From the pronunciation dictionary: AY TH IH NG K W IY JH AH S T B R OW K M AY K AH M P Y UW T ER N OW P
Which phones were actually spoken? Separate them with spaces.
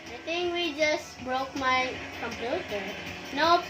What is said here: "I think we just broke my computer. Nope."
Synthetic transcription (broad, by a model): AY T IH NG K W IY JH AH S T B R OW K M AY K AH M P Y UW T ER N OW